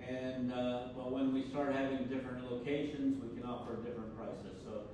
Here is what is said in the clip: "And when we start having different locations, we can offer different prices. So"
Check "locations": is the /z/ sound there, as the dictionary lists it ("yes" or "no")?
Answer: yes